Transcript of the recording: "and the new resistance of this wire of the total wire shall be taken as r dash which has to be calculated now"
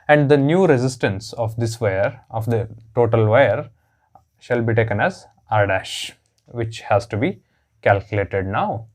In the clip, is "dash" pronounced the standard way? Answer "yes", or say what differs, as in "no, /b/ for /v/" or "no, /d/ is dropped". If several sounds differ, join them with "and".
yes